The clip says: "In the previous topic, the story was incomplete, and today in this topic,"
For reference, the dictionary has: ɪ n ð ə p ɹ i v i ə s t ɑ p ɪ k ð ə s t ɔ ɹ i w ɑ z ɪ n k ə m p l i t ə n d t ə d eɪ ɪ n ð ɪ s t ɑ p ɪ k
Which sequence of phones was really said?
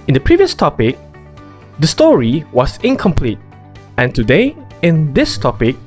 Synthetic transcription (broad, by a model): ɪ n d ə p ɹ i v i ə s t ɑ p ɪ k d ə s t ɔ ɹ i w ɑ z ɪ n k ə m p l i t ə n t ə d eɪ ɪ n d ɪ s t ɑ p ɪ k